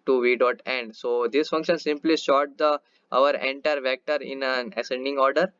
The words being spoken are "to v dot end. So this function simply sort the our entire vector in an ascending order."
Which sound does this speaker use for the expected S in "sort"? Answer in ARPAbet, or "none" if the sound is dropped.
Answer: SH